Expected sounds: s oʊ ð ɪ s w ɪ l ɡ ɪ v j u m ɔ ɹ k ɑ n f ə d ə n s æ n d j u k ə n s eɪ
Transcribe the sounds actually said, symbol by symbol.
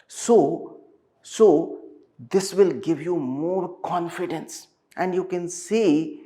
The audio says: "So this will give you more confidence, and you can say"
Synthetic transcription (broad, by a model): s oʊ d ɪ s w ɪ l ɡ ɪ v j u m ɔ ɹ k ɑ n f ə d ə n s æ n d j u k ə n s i